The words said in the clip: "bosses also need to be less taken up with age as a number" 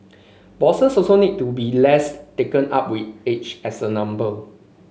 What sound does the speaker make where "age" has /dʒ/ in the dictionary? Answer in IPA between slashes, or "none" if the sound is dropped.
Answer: /tʃ/